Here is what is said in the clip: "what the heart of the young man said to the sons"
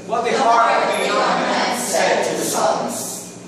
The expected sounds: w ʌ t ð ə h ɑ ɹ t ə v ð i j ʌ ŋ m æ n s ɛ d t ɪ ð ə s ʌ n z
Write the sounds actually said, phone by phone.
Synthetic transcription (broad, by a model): w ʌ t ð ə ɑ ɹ ə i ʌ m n s ɛ d t ɪ ð ə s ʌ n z